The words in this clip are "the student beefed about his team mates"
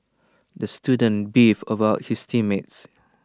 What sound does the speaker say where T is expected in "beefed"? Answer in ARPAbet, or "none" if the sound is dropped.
none